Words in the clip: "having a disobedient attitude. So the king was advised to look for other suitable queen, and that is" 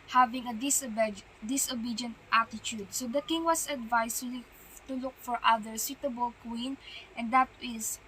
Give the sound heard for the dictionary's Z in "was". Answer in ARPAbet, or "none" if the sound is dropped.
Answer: S